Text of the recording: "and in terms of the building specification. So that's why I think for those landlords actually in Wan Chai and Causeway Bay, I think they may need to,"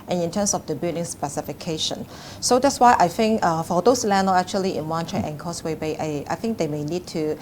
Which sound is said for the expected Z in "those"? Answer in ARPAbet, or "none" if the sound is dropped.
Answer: S